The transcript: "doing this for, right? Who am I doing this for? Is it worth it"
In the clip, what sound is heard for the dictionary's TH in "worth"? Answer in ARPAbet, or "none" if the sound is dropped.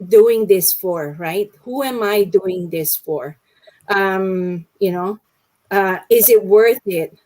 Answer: TH